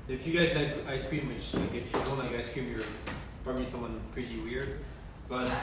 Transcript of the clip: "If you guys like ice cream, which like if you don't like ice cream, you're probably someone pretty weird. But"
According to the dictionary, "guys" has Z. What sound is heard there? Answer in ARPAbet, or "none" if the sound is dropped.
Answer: Z